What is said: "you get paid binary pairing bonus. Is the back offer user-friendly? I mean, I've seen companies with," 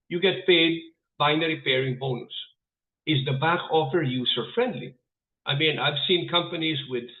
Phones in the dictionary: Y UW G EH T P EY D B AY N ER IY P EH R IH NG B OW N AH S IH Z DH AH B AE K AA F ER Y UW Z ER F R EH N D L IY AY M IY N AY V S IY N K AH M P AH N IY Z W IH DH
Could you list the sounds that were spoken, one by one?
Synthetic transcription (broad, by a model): Y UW G EH T P EY D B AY N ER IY P EH R IH NG B OW N AH S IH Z DH AH B AE K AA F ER Y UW S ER F R EH N D L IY AY M IY N AY V S IY N K AH M P AH N IY Z W IH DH